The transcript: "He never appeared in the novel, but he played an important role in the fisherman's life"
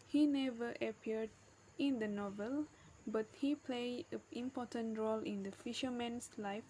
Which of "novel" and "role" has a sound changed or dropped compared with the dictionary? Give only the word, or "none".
none